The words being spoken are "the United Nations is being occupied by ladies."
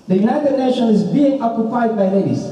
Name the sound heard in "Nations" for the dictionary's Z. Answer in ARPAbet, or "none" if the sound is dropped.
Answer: none